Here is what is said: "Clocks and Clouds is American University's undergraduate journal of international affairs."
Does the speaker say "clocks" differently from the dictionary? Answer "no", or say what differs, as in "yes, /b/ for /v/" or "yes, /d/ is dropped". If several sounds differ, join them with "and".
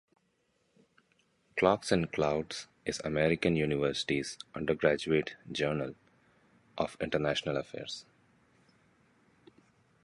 no